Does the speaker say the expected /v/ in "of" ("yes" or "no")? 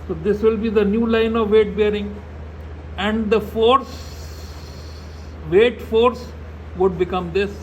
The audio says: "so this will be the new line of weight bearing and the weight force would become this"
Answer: yes